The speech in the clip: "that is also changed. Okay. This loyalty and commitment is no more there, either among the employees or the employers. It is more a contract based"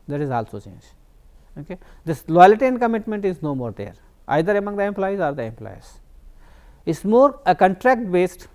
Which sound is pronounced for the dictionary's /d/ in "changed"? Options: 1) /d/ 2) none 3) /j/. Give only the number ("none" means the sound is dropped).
2